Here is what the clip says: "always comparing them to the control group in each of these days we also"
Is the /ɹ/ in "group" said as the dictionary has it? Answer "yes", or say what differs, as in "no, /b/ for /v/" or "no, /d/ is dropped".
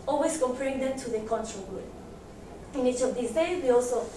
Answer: no, /ɹ/ is dropped